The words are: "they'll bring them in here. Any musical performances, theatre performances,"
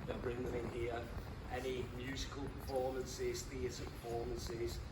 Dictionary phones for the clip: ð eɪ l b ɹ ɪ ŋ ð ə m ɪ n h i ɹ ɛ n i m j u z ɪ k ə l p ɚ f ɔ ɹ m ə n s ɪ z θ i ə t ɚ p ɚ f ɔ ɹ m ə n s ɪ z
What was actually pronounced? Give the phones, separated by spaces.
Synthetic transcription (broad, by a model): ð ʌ b ɹ ɪ ŋ ð ə m ɪ n h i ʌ ɛ n i m j u z ɪ k ə l p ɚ f ɔ m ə n s ɪ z θ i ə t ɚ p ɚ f ɔ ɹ m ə n s ɪ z